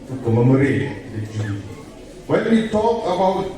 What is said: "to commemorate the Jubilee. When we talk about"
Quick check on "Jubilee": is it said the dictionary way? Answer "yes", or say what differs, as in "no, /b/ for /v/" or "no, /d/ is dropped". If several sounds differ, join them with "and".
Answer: no, /l/ is dropped